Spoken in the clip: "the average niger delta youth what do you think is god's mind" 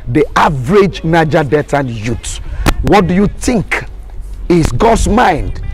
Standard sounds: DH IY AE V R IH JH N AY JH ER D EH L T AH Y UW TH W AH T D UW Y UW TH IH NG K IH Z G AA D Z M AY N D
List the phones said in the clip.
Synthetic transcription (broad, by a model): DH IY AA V R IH JH N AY JH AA D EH T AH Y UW T W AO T D UW Y UW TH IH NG K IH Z G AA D S M AY N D